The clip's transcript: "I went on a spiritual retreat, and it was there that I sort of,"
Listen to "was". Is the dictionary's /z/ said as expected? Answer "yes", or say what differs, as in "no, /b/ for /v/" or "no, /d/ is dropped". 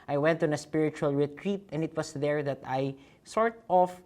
no, /s/ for /z/